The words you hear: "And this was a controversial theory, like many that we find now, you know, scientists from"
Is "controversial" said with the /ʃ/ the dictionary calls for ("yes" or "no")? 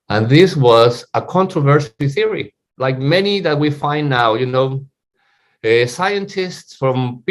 no